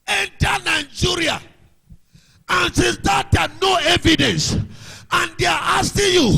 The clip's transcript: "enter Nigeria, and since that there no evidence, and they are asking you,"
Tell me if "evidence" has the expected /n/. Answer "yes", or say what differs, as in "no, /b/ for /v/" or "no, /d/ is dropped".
yes